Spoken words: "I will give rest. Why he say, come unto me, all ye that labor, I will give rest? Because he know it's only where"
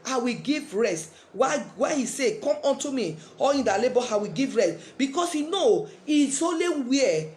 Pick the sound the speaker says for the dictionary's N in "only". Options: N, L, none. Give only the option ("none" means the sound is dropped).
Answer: none